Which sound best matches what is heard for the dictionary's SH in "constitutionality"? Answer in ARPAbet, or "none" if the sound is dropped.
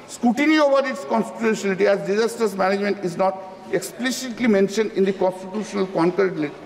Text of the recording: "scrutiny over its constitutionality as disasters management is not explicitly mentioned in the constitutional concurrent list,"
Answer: none